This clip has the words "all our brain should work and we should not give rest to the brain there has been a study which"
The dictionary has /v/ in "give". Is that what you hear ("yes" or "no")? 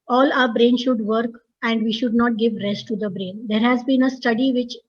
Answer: yes